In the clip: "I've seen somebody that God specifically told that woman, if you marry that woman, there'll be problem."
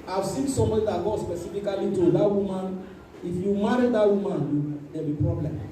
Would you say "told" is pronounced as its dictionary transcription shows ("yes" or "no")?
no